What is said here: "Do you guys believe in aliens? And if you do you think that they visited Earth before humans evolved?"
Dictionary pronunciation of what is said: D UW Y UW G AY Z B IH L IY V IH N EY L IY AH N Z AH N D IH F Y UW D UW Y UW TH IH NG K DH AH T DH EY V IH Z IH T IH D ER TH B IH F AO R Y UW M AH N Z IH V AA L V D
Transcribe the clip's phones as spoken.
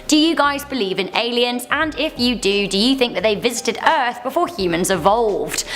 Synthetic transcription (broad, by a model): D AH Y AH G AY Z B IH L IY V IH N EY L IY AH N Z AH N IH F Y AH D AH Y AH TH IH NG K DH AH T DH EY V IH Z IH T IH D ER TH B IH F AO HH Y UW M AH N Z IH V AA L V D